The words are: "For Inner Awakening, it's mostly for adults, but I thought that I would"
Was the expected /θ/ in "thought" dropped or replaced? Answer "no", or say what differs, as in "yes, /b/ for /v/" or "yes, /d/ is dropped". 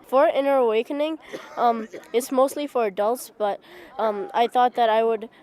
no